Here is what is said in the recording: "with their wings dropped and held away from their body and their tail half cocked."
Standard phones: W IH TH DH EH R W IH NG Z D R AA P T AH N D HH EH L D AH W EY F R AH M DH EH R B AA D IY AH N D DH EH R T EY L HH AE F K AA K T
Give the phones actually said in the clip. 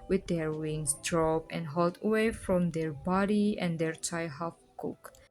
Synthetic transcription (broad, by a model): W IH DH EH R W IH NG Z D R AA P AH N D HH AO L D AH W EY F R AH M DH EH R B AA D IY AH N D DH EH R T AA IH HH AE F K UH K